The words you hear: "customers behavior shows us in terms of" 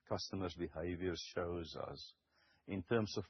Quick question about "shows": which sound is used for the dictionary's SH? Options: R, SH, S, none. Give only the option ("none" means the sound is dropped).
SH